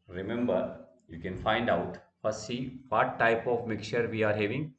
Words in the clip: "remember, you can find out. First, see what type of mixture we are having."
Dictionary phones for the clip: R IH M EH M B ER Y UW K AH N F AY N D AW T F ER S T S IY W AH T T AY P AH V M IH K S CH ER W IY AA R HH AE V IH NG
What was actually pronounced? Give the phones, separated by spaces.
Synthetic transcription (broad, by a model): R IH M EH M B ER Y UW K AH N F AY N D AW T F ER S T S IY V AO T T AY P AH V M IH K CH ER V IY AA R HH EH V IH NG